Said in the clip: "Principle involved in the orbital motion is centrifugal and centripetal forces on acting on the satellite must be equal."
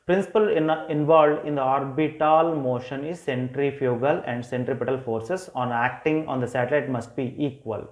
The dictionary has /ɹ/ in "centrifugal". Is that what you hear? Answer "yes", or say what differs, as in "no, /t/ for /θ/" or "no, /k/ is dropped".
yes